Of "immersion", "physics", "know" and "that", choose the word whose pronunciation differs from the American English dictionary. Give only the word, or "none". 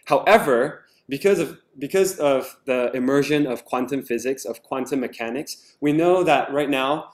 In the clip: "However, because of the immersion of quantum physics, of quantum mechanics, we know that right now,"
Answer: none